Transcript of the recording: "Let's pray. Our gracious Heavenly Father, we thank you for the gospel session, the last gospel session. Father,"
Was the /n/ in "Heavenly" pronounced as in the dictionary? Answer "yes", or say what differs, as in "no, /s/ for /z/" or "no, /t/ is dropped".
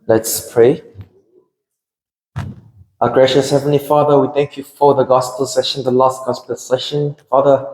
yes